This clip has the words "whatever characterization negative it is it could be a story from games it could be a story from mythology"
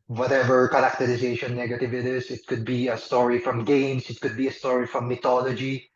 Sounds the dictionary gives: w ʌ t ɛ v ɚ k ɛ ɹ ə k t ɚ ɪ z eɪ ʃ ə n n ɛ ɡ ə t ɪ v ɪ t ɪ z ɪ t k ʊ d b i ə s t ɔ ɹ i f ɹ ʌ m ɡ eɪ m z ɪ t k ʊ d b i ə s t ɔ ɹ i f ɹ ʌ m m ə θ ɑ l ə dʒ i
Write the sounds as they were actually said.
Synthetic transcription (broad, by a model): w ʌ t ɛ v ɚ k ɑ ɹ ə k t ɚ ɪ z eɪ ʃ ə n n ɛ ɡ ə t ɪ v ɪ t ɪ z ɪ t k ʊ d b i ə s t ɔ ɹ i f ɹ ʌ m ɡ eɪ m s ɪ t k ʊ d b i ə s t ɔ ɹ i f ɹ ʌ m m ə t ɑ l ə dʒ i